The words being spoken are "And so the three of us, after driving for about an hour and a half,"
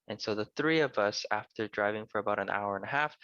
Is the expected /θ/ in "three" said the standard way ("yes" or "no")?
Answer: yes